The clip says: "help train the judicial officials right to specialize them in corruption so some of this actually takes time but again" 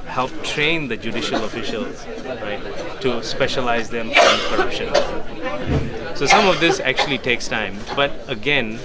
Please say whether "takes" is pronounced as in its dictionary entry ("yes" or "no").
yes